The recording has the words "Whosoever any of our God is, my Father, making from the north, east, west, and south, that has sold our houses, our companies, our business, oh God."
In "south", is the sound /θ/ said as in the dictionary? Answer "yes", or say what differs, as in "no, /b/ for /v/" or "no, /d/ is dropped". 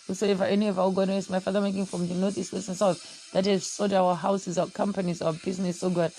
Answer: no, /f/ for /θ/